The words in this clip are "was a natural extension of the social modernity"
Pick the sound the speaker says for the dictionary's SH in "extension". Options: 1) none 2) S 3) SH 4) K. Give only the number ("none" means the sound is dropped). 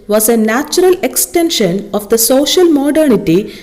3